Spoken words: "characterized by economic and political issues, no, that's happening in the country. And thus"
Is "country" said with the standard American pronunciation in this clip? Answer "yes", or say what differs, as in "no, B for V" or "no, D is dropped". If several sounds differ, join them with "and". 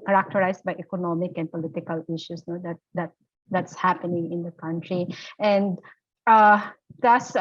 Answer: yes